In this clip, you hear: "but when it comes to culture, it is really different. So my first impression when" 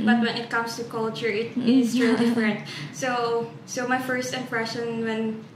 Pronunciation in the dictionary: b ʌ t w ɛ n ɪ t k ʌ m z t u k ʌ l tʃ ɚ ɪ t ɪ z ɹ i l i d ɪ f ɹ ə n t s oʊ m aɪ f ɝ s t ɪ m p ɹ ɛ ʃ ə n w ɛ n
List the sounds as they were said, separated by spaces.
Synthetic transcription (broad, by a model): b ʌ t w ɛ n ɪ t k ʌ m s t u k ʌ l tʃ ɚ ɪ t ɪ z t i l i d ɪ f ɹ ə n t s oʊ m aɪ f ɝ s t ɪ m p ɹ ɛ ʃ ə n w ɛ n